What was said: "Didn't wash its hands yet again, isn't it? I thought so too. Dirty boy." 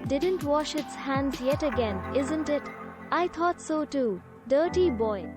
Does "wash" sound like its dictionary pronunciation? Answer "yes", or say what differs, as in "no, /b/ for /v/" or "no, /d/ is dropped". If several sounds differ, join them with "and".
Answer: yes